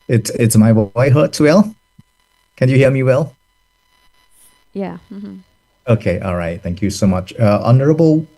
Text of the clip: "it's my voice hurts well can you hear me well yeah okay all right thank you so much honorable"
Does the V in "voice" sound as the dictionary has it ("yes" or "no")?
no